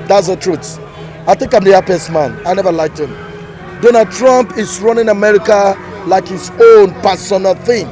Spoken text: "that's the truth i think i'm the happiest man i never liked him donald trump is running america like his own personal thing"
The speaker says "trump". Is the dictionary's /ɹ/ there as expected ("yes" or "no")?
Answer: yes